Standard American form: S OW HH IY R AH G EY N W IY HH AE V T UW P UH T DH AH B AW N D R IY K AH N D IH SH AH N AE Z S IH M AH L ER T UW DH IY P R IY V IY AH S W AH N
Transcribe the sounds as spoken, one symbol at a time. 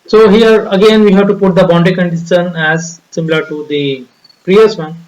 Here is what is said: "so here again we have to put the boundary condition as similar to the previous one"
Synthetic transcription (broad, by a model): S OW HH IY R AH G EY N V IY HH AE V T UW P UH T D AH B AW N D IY K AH N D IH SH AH N AE Z S IH M AH L ER T UW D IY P R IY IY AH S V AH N